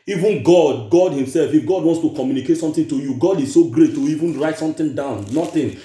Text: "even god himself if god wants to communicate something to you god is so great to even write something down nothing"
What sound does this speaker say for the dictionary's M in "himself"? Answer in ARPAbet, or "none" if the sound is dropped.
M